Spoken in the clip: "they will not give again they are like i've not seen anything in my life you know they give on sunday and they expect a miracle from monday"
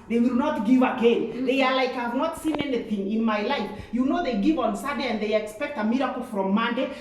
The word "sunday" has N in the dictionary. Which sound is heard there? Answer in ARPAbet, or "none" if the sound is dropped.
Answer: none